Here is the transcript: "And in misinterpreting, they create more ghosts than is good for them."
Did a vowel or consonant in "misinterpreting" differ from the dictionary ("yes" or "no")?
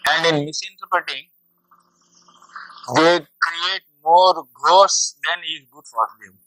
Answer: yes